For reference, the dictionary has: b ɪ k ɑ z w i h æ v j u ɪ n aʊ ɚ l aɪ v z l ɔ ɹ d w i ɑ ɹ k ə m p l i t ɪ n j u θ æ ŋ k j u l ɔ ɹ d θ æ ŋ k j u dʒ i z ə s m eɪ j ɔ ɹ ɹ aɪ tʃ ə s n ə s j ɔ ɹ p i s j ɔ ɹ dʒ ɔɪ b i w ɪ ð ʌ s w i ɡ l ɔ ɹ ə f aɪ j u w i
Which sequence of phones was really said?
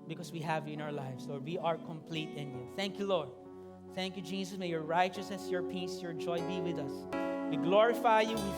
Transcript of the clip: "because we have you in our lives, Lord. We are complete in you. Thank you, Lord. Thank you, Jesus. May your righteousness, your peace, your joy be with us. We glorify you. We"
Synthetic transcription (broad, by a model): b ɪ k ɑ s w i h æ v j u ɪ n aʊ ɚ l aɪ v s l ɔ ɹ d w i ɑ ɹ k ə m p l i t ɪ n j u θ æ ŋ k j u l ɔ ɹ d θ æ ŋ k j u dʒ i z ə s m eɪ j ɔ ɹ ɹ aɪ tʃ ə s n ə s j ɔ ɹ p i s j ɔ ɹ dʒ ɔɪ b i w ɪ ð ʌ s w i ɡ l ɔ ɹ ə f aɪ j u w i